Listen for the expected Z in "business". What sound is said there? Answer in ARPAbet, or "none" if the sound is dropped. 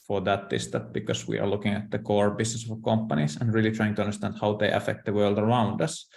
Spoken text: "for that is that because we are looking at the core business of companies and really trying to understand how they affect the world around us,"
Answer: S